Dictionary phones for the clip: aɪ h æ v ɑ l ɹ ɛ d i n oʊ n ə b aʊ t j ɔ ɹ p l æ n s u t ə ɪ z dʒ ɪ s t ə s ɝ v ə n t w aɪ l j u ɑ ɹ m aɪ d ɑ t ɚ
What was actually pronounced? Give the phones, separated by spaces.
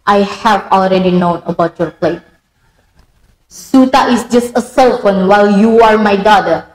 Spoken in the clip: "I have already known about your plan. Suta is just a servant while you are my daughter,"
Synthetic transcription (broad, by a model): aɪ h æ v ɑ l ɹ ɛ d i n oʊ n ə b aʊ t j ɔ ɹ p l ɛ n s u t ə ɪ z dʒ ɪ s t ə s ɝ f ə n w aɪ l j u ɑ ɹ m aɪ d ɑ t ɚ